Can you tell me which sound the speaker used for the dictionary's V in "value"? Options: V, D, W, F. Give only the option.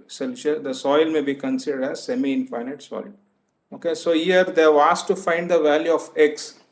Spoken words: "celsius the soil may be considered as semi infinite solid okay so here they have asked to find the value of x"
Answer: V